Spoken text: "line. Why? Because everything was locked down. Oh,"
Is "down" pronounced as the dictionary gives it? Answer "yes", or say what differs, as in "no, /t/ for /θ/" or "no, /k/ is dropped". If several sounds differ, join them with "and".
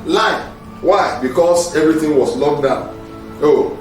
no, /n/ is dropped